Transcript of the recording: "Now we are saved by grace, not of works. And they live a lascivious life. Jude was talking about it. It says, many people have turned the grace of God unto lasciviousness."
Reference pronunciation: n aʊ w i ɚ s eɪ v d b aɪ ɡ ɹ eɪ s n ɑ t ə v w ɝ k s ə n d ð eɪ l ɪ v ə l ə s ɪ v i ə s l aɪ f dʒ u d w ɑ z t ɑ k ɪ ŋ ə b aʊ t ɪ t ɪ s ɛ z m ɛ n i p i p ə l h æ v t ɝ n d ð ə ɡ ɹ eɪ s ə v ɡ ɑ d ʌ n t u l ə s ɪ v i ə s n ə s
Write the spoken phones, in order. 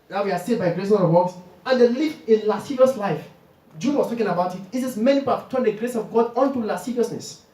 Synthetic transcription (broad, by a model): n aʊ w i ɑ s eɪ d b aɪ ɡ ɹ eɪ s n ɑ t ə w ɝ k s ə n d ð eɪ l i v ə l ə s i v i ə s l aɪ f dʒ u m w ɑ s t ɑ k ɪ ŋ ə b aʊ t ɪ t ɪ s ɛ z m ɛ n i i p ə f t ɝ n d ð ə ɡ ɹ eɪ s ə v ɡ ɑ d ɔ n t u l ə s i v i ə s n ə s